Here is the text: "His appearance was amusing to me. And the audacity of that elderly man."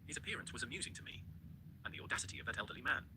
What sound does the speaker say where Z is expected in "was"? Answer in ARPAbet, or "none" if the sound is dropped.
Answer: Z